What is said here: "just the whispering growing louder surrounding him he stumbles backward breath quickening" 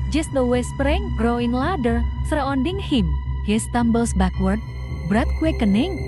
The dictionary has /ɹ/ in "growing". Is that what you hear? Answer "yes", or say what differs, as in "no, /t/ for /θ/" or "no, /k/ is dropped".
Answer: yes